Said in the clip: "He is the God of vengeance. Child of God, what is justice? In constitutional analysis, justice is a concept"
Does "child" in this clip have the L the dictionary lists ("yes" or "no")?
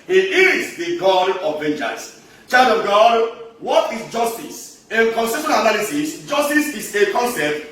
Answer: no